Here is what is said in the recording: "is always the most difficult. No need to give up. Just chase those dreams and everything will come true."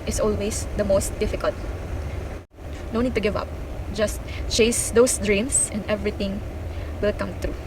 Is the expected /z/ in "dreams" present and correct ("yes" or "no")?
no